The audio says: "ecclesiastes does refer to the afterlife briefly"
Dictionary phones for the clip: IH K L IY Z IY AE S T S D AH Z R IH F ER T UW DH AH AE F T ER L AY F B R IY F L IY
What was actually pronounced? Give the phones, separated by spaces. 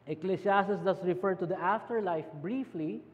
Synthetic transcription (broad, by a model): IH K L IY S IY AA S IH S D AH S R IH F ER T UW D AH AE F T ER L AY F B R IY F L IY